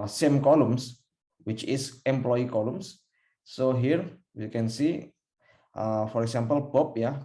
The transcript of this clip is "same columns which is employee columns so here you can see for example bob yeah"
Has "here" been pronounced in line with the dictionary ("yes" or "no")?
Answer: yes